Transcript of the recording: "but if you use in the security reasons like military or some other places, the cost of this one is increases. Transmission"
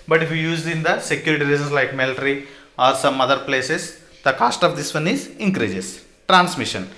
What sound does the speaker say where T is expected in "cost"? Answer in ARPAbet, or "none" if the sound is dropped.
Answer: T